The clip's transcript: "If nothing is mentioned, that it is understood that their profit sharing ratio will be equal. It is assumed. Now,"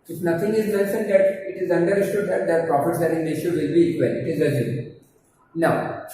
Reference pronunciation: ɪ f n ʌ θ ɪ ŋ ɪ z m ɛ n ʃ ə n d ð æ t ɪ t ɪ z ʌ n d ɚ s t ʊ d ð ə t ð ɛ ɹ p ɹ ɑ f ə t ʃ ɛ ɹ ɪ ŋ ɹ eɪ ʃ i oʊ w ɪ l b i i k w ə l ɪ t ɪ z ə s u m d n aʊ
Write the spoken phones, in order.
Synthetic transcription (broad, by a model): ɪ f n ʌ t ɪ ŋ ɪ z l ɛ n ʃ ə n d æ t ɪ t ɪ z ʌ n d ɚ s t ʊ d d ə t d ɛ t p ɹ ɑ p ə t s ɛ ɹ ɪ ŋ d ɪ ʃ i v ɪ l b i i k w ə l ɪ t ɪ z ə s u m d n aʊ